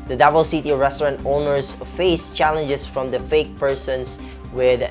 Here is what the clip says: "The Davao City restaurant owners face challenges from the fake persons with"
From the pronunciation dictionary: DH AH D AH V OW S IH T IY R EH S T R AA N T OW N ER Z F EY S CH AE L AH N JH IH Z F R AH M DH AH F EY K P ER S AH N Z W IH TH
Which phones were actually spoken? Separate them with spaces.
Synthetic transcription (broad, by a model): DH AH D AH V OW S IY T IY R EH S T R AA N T OW N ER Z F EY S CH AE L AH N JH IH S F R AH M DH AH F EY K P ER S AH N S W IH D